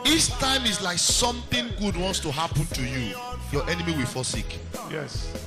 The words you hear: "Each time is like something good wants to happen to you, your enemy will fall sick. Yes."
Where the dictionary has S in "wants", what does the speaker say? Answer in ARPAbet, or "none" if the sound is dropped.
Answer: S